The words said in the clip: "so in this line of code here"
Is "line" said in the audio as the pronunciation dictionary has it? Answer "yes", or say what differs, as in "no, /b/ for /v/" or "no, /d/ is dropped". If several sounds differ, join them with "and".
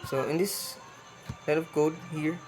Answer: no, /l/ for /n/